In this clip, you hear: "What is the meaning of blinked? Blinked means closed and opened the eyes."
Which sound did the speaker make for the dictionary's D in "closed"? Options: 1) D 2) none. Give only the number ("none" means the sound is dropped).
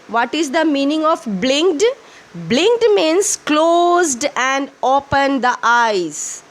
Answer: 1